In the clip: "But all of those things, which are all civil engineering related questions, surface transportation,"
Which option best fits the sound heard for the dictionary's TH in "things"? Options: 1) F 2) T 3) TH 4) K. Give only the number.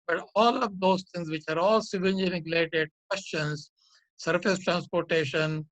2